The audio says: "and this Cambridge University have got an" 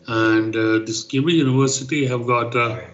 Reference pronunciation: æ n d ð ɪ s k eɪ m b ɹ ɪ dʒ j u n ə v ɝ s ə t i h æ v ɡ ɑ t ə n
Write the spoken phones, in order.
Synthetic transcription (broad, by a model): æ n d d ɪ s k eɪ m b ɪ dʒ j u n ə v ɝ s ə t i h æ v ɡ ɑ t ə